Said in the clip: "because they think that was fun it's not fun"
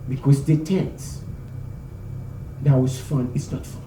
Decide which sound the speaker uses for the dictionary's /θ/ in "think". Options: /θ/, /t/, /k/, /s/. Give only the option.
/t/